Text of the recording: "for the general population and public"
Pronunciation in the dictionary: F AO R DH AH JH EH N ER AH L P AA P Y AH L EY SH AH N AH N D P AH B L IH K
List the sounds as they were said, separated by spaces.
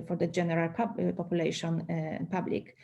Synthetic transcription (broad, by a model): F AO R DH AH JH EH N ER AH L P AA P Y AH L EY AH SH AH N P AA B L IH K